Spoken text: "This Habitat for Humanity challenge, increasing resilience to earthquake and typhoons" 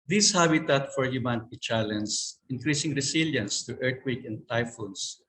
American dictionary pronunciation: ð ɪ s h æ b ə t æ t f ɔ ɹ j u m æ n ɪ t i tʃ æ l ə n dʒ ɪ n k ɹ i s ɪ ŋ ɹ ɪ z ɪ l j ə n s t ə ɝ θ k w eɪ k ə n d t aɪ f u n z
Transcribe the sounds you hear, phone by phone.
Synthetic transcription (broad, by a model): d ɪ s h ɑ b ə t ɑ t f ɔ ɹ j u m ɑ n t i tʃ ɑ l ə n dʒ ɪ n k ɹ i s ɪ ŋ ɹ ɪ s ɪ l j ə n s t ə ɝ t k w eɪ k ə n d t aɪ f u n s